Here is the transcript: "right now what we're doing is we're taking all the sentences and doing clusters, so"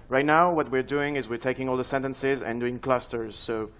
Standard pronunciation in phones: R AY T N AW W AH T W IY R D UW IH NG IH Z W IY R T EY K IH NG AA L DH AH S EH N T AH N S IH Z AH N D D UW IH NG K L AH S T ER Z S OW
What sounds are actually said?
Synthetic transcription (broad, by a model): R AY T N AW W AH T W IY R D UW IH NG IH Z W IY R T EY K IH NG AA L DH AH S EH N T AH N S IH Z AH N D D UW IH NG K L AH S T ER Z S OW